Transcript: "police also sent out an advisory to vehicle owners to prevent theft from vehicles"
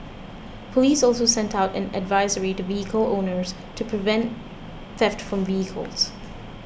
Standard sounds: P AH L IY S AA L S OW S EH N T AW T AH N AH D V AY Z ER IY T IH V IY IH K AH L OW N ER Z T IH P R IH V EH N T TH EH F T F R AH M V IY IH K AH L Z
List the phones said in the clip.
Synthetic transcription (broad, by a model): P AH L IY S AA L S OW S EH N T AW T AH N AH D V AY Z ER IY T IH V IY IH K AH L OW N ER Z T IH P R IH V EH N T TH EH F T F R AH M V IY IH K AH L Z